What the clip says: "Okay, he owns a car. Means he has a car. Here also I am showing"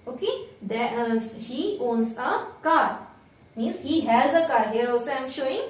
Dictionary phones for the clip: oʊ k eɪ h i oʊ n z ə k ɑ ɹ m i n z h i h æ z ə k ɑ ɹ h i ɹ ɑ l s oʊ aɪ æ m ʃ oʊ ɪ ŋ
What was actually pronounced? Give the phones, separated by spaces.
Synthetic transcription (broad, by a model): oʊ k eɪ h i oʊ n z ə k ɑ ɹ m i n z h i h æ z ə k ɑ ɹ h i ɹ ɑ l s oʊ aɪ m ʃ oʊ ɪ ŋ